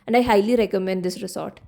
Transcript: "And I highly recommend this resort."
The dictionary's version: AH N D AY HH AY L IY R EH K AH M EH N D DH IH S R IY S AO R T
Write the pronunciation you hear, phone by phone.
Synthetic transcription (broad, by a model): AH N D AY HH AY L IY R EH K AH M EH N D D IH S R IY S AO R T